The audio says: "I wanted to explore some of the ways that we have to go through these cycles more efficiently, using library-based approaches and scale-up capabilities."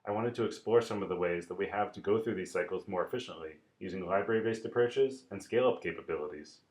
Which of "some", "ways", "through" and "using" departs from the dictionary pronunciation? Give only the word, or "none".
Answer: none